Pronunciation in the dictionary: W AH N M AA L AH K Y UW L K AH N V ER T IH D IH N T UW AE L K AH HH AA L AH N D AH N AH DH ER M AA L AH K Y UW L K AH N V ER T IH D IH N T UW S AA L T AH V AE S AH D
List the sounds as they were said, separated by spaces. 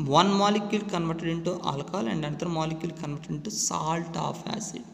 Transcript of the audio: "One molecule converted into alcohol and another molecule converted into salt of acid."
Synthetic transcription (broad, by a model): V AH N M AA L AH K Y UW L K AH N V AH T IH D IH N T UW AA L AH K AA L AH N D AH N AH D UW M AA L AH K Y UW L K AH N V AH T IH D IH N T UW S AA L T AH F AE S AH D